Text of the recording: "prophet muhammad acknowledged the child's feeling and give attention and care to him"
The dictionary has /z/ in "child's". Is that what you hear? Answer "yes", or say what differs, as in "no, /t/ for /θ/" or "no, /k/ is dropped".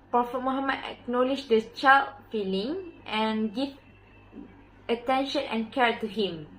no, /z/ is dropped